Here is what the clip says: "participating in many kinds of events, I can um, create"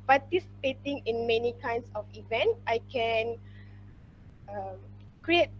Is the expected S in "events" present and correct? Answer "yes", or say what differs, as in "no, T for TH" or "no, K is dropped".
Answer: no, S is dropped